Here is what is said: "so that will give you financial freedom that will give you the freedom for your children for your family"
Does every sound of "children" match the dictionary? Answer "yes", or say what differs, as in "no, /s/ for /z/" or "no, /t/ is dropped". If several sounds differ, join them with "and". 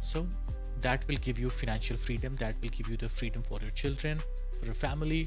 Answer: yes